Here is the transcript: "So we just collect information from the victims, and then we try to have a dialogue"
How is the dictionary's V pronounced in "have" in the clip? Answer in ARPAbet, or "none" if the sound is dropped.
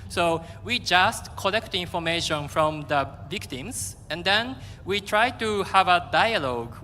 V